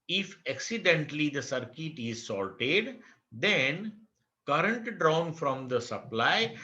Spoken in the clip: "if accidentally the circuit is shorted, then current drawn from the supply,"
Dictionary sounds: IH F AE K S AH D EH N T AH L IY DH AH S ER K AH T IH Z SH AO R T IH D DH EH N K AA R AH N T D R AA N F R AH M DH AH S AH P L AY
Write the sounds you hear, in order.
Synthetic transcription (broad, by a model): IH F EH K S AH D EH N T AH L IY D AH S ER K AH T IH Z S AO L T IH D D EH N K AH R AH N T D R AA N F R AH M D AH S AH P L AY